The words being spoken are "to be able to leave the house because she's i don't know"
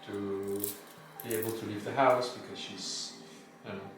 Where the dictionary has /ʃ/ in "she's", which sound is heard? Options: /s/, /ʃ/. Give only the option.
/ʃ/